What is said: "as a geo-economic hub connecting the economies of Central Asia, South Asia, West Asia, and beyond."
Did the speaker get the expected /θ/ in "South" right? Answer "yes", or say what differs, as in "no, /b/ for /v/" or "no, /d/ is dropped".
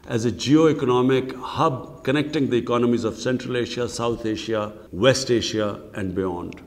no, /t/ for /θ/